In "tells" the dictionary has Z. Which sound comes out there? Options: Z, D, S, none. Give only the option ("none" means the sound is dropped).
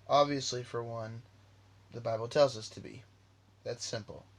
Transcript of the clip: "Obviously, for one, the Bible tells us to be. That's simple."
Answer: Z